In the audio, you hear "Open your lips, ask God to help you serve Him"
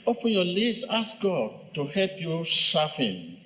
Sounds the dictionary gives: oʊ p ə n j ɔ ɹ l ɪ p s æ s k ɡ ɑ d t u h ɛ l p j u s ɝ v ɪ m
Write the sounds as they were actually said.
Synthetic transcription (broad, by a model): oʊ p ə n j ɔ l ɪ s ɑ s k ɡ ɑ d t u h ɛ l p j u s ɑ f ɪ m